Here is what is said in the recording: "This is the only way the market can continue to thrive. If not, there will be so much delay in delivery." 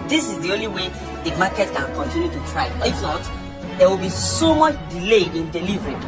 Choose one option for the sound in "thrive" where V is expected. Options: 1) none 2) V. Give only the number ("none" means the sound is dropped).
1